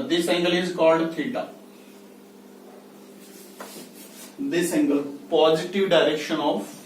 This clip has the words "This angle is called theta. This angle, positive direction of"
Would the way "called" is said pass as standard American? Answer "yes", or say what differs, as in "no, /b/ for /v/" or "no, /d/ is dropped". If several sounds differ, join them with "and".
yes